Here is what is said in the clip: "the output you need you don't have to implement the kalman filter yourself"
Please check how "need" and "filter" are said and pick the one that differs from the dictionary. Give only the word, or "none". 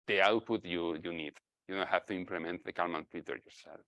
filter